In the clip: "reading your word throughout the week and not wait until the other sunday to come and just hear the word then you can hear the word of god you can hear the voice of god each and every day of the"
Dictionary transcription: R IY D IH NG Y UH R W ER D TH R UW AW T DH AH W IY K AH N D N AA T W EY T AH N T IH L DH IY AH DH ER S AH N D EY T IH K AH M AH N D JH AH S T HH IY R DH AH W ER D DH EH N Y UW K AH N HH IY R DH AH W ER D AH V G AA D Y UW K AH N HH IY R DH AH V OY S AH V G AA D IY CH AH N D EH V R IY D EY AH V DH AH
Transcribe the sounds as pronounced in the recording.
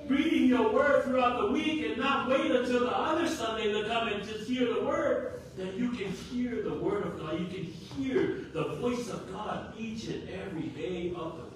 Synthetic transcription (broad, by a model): R IY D IH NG Y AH R W ER D TH R UW AW T DH AH W IY K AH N N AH T W EY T AH N T IH L DH IY AH DH ER S AH N D EY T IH K AH M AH N JH AH S T HH IY R DH AH W ER D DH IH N Y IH K AH N HH IY R DH AH W ER D AH V G AA D Y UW K AH N HH IY R DH AH V OY S AH V G AA D IY CH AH N EH V R IY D EY AH V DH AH